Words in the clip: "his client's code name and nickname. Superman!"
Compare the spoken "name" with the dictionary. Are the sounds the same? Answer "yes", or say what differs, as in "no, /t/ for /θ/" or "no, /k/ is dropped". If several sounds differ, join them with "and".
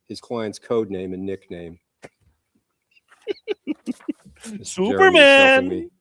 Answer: yes